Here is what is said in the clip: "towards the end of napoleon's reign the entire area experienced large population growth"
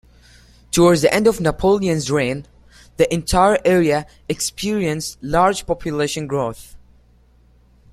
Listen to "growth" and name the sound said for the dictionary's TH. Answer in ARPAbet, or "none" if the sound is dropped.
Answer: TH